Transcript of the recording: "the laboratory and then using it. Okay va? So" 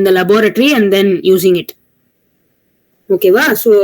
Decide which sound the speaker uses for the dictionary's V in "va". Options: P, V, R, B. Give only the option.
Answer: V